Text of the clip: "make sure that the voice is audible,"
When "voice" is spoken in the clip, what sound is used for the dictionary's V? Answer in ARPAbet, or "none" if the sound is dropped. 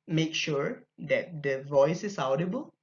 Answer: V